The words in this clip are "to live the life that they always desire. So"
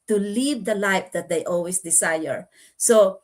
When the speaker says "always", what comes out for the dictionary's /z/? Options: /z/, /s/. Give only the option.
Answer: /s/